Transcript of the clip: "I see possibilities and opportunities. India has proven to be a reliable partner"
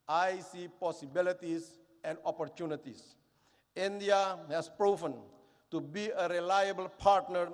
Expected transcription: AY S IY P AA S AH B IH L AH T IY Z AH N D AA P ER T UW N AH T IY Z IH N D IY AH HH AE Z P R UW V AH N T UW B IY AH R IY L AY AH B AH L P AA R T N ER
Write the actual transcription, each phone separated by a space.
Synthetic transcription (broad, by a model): AY S IY P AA S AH B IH L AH T IY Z AH N D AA P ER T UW N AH T IY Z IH N D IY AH HH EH S P R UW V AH N T UW B IY AH R IY L AY AH B AH L P AA R T N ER